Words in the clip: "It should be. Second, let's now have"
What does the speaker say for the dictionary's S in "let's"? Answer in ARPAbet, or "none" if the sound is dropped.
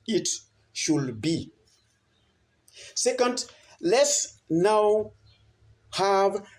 S